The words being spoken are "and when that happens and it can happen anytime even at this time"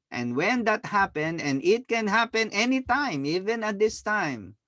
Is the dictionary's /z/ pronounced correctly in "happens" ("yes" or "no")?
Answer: no